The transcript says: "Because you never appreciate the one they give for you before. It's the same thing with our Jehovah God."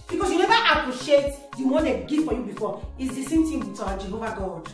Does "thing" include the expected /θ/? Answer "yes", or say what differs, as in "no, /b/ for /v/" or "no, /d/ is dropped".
no, /t/ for /θ/